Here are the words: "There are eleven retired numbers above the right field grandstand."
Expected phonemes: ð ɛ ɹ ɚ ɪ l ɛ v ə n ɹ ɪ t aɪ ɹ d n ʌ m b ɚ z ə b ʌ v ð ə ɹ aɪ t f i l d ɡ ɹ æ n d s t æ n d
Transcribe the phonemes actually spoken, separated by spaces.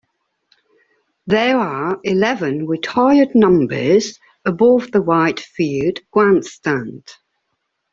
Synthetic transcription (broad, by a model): ð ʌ ɹ ɚ ɪ l ɛ v ə n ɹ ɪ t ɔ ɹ d n ʌ m b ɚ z ə b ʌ v ð ə w aɪ t f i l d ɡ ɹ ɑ n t s t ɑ n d